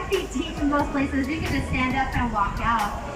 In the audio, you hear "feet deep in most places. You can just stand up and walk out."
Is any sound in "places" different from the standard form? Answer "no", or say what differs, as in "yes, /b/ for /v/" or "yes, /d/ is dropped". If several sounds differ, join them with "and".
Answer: no